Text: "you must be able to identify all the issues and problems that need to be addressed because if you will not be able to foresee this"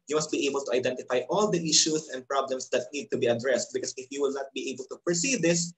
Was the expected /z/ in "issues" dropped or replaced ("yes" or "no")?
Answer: yes